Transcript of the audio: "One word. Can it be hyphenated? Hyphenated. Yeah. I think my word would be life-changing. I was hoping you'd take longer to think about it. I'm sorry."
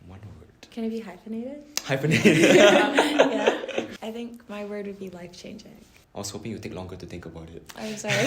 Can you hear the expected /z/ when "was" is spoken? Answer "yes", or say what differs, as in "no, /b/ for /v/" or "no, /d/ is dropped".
no, /s/ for /z/